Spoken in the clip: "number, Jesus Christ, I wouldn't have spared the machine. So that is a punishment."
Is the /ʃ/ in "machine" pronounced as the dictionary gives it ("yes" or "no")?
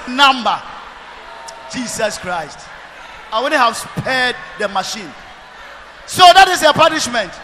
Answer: yes